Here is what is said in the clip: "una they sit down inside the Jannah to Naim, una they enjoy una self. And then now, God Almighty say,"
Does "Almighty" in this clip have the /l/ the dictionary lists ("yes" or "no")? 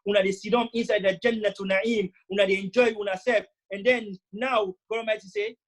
no